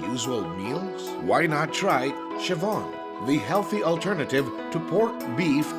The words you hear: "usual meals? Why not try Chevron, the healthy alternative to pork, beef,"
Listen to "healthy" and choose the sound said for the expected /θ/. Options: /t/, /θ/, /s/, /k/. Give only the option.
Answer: /θ/